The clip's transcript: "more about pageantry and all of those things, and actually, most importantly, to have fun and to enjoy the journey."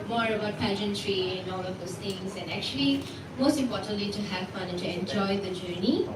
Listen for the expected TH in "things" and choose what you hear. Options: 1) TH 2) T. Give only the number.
2